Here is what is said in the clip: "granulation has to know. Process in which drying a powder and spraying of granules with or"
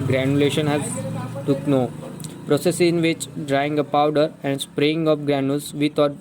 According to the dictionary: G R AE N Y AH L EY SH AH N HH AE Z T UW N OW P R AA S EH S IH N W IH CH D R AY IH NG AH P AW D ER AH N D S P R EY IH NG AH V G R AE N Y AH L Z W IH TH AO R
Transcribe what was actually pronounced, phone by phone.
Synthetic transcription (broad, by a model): G R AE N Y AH L EY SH AH N HH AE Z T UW N OW P R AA S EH S IH N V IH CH D R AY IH NG AH P AW D ER AH N D S P R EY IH NG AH P G R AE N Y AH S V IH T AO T